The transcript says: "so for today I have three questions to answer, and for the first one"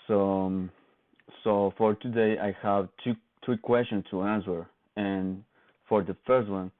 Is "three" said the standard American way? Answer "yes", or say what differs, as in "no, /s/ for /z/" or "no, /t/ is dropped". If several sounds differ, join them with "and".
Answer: no, /t/ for /θ/